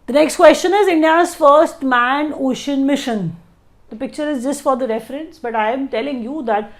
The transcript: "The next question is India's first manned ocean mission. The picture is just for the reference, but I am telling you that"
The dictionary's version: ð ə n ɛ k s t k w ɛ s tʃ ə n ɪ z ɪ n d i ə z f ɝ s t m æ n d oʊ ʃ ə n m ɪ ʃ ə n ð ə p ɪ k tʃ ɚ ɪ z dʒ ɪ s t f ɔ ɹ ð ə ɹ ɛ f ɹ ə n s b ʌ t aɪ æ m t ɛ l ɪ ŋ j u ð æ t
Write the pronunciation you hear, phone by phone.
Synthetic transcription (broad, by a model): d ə n ɛ k s t k w ɛ s tʃ ə n ɪ z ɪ n d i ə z f ɝ s t m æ n oʊ ʃ ə n m ɪ ʃ ə n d ə p ɪ k tʃ ɚ ɪ z dʒ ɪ s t f ɔ ɹ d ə ɹ ɛ f ɹ ə n s b ʌ t aɪ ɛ m t ɛ l ɪ ŋ j u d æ t